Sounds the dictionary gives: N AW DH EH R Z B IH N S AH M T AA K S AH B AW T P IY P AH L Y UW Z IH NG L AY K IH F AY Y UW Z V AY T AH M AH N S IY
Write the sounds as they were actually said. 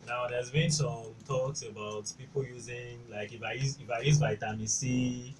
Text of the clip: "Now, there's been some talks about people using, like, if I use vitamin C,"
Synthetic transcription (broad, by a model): N AW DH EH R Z B IH N S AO M T AA K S AH B AW T P IY P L Y UW Z IH NG L AY K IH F AY Y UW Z B AY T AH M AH S IY